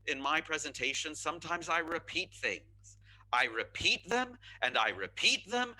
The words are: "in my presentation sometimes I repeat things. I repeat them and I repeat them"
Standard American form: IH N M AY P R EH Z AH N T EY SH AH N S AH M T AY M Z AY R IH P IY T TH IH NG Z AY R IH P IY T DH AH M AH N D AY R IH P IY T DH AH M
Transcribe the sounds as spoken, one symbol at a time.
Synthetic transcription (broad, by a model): IH N M AY P R EH Z AH N T EY SH AH N S AH M T AY M Z AY R IH P IY T TH IH NG Z AY R IH P IY T DH AH M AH N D AY R IH P IY T DH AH M